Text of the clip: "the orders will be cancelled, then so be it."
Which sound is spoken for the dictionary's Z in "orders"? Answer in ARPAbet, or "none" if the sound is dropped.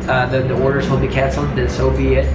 Z